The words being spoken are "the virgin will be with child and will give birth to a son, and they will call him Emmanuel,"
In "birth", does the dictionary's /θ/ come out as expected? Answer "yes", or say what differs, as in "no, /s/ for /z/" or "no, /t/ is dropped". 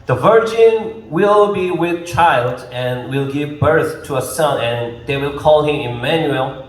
yes